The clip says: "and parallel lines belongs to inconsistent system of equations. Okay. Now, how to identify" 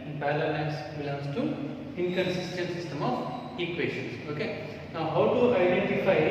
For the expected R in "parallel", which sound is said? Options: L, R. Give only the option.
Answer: L